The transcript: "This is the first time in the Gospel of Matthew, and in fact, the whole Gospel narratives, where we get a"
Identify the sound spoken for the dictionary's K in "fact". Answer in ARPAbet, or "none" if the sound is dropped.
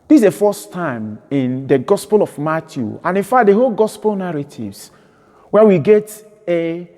none